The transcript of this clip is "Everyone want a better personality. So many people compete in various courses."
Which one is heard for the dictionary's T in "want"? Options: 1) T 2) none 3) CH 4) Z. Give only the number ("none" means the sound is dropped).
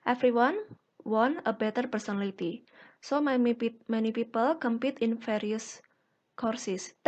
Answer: 2